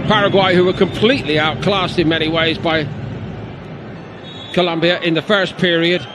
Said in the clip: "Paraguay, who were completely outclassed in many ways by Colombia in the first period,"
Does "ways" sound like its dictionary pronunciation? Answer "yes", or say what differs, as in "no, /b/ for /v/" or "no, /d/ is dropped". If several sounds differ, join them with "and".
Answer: yes